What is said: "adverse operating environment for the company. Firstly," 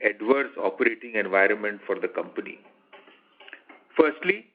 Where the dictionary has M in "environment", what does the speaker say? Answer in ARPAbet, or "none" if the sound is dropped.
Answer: M